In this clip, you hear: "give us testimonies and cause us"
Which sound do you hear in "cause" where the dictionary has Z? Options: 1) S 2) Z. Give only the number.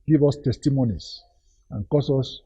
1